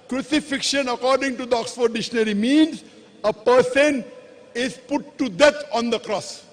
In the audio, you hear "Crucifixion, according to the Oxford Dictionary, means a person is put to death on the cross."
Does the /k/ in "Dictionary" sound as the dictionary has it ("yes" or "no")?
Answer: no